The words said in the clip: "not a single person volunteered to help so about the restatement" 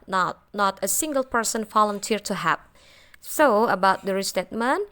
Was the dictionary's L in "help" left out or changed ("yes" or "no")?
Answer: yes